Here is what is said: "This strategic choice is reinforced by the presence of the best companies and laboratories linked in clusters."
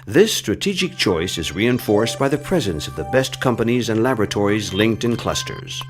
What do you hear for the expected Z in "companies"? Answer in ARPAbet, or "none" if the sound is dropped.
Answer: Z